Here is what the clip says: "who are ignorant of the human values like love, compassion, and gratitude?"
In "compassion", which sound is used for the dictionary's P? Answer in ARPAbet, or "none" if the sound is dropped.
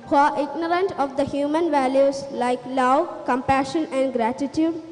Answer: P